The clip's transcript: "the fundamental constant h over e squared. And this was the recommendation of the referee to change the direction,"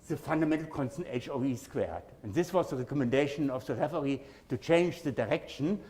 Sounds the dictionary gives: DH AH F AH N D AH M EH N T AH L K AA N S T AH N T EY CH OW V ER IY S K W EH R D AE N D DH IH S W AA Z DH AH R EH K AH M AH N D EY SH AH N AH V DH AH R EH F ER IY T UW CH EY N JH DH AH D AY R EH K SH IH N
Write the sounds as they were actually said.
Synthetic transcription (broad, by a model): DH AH F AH N D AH M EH N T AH L K AA N S T AH N T EY CH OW UH IY S K W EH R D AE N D DH IH S W AA Z DH AH R EH K AH M AH N D EY SH AH N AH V DH AH R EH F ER IY T UW CH EY N JH DH AH D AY R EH K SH N